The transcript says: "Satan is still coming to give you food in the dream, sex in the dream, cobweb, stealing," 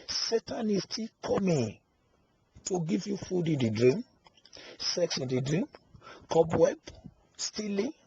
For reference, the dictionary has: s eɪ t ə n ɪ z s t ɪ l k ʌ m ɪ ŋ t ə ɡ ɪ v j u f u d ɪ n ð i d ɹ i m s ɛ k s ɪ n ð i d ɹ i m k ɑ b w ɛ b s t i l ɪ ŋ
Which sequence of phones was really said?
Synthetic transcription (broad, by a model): s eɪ t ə n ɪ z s t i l k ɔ m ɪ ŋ t ə ɡ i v j u f u d ɪ n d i d ɹ i m s ɛ k s ɪ n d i d ɹ i m k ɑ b w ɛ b s t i l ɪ